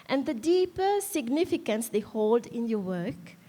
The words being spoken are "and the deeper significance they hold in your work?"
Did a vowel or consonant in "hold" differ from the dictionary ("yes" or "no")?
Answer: no